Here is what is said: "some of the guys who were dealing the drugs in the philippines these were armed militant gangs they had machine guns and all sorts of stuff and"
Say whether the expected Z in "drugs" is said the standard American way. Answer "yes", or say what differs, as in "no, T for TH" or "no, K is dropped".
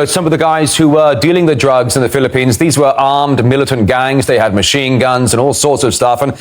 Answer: yes